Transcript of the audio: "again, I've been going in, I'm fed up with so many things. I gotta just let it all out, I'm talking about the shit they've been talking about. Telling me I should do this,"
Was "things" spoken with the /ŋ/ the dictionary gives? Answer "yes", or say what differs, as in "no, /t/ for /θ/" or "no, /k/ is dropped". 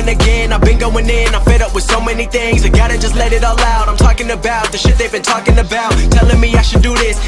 yes